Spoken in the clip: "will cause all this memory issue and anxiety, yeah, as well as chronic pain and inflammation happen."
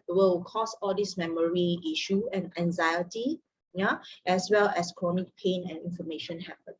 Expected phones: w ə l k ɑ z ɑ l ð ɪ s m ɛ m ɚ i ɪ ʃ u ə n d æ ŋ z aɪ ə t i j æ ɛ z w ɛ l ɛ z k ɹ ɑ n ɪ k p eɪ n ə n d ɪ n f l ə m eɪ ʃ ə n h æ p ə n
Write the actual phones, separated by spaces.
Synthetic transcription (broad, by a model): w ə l k ɑ s ɑ l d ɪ s m ɛ m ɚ i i ʃ u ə n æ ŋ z aɪ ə t i j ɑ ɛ s w ɛ l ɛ s k ɹ ɑ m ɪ k p eɪ n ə n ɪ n f ə m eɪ ʃ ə n h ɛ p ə n